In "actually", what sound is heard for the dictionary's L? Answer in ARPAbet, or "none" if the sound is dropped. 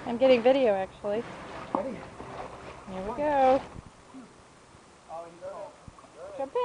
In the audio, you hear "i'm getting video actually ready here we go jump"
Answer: none